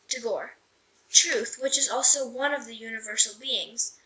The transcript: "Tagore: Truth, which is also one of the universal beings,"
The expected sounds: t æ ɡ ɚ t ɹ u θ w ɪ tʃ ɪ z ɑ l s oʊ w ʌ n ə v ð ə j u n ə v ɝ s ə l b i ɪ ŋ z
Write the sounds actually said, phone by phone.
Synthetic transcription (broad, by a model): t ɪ ɡ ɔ t ɹ u θ w ɪ tʃ ɪ z ɑ l s oʊ w ʌ n ə v ð ə j u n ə v ɝ s l b i ɪ ŋ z